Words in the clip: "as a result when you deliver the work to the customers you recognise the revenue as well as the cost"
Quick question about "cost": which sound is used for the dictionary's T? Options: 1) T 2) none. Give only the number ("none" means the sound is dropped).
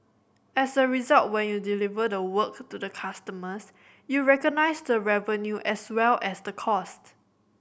1